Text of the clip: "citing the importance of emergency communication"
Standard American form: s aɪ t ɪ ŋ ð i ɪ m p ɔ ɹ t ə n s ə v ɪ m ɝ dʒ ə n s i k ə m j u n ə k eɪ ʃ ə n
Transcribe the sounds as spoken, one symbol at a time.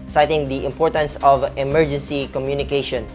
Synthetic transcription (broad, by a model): s aɪ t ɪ ŋ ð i ɪ m p ɔ ɹ t ə n s ə v ɪ m ɝ dʒ ə n s i k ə m j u n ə k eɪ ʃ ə n